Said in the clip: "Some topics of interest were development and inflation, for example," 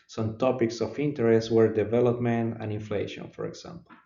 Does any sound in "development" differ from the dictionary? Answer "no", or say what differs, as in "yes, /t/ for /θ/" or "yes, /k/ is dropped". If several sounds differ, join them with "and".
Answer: no